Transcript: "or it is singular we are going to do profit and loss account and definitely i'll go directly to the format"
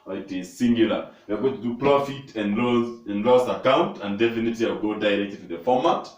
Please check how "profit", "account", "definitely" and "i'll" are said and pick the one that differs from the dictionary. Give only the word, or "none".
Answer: i'll